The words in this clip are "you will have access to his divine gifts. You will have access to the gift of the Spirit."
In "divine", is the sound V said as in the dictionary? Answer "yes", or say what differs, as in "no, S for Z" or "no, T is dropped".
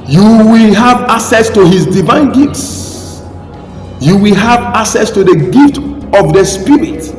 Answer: yes